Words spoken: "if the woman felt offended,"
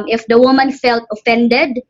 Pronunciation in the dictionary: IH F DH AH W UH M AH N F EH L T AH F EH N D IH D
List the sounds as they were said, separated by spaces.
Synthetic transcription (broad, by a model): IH F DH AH W UH M AH N F EH L T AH F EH N D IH D